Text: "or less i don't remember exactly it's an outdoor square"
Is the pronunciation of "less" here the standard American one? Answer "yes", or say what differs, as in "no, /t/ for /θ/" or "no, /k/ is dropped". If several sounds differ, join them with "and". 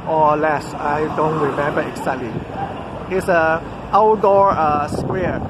yes